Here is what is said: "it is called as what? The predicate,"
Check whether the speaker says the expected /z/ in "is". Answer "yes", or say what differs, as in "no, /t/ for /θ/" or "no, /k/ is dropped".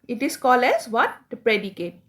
no, /s/ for /z/